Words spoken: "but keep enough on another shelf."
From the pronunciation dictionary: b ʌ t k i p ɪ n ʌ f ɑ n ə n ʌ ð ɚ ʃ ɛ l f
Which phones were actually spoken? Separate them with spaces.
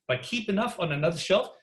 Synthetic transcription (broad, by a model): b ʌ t k i p ɪ n ʌ f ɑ n ə n ʌ ð ɚ ʃ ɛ l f